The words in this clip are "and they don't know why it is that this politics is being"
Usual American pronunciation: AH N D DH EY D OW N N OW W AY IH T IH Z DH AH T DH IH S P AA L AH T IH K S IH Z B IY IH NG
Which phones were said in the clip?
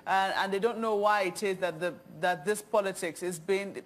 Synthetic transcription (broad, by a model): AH N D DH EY D OW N N OW W AY IH T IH Z DH AH T DH IH S P AA L AH T IH K S IH Z B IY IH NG